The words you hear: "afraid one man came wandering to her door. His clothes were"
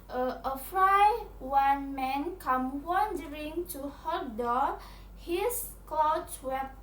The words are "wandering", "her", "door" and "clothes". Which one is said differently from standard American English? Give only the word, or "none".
clothes